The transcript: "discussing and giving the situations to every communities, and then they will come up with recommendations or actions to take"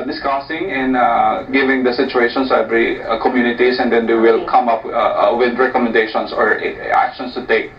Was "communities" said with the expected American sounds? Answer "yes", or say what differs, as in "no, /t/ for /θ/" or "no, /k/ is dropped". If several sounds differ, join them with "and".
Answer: no, /s/ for /z/